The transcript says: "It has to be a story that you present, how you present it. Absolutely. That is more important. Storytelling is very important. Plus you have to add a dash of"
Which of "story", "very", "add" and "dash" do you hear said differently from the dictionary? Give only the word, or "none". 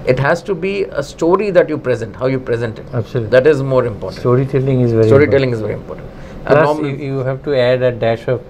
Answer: none